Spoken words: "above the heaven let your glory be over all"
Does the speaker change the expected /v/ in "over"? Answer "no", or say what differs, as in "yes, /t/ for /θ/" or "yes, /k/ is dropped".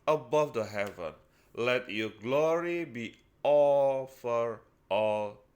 yes, /f/ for /v/